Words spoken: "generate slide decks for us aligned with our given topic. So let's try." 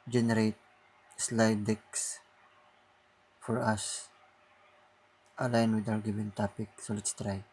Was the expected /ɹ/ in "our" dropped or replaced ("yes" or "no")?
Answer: yes